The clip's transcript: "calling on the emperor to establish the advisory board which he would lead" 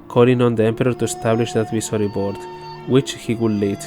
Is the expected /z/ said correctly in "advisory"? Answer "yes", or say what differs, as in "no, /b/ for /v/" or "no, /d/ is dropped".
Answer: no, /s/ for /z/